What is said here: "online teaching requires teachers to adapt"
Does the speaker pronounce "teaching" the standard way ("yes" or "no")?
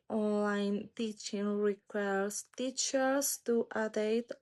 yes